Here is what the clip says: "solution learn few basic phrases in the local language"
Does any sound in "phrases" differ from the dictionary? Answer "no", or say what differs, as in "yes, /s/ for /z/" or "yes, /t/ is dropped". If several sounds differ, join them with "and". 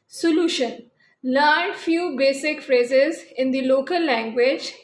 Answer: no